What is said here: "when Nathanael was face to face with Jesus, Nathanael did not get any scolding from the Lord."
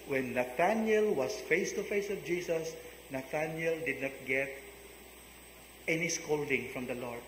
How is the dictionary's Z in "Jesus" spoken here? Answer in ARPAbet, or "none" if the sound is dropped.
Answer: S